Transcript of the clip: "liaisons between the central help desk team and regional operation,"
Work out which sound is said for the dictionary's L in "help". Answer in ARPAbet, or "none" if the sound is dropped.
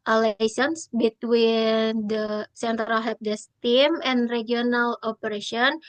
none